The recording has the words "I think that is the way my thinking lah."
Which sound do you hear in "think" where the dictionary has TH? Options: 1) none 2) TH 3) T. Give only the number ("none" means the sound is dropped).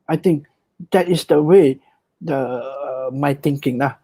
3